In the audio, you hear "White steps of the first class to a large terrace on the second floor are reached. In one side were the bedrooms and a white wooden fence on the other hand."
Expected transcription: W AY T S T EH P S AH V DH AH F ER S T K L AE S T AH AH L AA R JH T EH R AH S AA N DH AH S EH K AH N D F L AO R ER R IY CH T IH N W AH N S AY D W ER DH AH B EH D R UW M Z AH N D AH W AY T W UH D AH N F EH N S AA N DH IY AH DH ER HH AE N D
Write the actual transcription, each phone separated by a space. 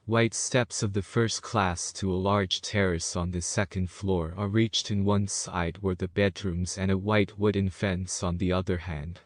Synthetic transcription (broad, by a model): W AY T S T EH P S AH V DH AH F ER S T K L AE S T AH AH L AA R JH T EH R AH S N DH AH S EH K AH N D F L AO R ER R IY CH T IH N W AH N S AY D W ER DH AH B EH D R UW M Z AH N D AH W AY T W UH D N F EH N S N DH IY AH DH ER HH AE N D